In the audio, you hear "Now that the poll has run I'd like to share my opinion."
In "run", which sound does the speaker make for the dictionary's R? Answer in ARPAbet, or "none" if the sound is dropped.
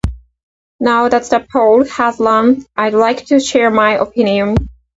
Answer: L